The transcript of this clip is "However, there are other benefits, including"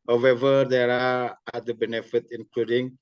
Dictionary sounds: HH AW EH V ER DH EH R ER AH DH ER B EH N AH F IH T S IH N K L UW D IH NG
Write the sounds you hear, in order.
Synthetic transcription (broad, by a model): HH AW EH V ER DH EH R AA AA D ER B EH N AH F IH T IH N K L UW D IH NG